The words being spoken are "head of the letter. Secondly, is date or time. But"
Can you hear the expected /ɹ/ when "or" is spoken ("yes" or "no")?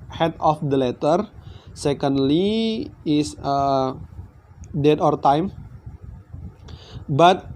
yes